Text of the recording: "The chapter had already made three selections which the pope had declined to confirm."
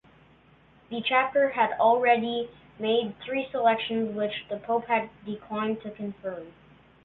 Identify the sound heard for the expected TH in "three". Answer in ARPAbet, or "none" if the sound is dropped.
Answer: TH